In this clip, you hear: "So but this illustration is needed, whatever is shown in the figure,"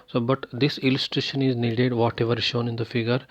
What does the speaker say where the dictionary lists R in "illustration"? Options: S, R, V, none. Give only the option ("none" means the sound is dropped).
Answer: R